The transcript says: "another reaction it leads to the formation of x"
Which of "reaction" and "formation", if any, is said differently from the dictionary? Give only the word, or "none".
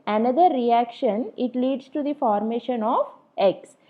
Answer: none